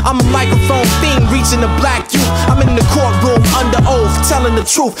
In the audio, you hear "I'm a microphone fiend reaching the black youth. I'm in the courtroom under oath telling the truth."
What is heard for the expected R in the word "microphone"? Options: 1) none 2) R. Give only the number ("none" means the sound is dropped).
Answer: 1